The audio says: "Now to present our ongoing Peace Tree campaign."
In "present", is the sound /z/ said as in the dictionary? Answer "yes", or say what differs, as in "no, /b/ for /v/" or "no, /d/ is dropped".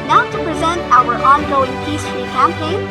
yes